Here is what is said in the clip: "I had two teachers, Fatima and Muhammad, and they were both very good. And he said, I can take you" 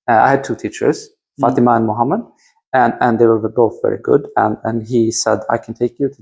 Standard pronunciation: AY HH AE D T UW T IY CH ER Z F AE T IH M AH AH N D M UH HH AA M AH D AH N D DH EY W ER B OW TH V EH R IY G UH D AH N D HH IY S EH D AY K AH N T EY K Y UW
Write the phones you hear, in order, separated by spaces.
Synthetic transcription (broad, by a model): AY HH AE D T UW T IY CH ER Z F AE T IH M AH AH N M UH HH AA M AH D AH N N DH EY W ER B OW TH V EH R IY G UH D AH N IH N IY S EH D AY K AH N T EY K Y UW